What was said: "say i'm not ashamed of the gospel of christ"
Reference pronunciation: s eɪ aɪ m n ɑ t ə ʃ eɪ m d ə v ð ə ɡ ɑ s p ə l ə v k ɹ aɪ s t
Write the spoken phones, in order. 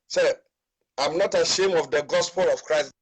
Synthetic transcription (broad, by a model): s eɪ aɪ m n ɑ t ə ʃ eɪ m ə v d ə ɡ ɑ s p ə l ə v k ɹ aɪ s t